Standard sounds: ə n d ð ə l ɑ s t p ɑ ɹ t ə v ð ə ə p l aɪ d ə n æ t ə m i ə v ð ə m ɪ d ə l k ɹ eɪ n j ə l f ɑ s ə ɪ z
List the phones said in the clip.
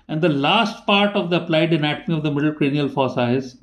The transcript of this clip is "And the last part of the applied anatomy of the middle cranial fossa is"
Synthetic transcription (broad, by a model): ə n d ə l ɑ s t p ɑ ɹ t ə v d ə ə p l aɪ d ə n æ t ə m i ə v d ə m ɪ d ə l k ɹ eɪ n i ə l f ɑ s ə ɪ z